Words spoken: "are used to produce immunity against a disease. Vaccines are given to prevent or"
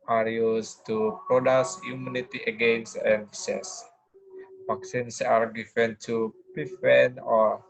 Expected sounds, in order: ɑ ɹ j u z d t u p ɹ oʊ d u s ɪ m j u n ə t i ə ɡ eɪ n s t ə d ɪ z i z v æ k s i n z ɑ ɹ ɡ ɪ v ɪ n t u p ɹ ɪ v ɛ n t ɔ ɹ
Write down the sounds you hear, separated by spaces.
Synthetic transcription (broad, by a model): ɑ ɹ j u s t u p ɹ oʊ d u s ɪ m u n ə t i ə ɡ eɪ n s t ə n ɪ s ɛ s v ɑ k s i n s ɑ ɹ ɡ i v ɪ n t u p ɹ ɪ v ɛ n ɔ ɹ